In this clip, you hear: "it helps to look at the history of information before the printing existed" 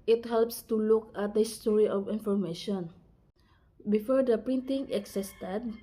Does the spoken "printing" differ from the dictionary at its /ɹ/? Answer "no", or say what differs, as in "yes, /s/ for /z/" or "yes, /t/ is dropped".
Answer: no